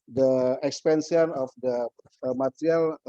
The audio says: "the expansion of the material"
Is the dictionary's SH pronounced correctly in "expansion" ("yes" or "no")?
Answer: no